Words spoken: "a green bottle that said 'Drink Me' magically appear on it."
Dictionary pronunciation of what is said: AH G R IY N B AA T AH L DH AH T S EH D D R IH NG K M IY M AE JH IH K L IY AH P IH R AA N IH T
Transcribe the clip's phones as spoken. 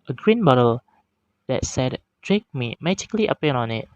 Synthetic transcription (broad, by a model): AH G R IY N B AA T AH L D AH T S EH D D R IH K M IY M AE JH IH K L IY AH P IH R AA N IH T